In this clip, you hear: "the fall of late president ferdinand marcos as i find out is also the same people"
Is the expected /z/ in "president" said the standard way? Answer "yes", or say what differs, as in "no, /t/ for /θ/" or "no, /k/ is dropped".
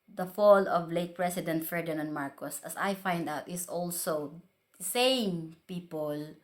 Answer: no, /s/ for /z/